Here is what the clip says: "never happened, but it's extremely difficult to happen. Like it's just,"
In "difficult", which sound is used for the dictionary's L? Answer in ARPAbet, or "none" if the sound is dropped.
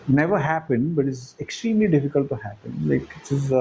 L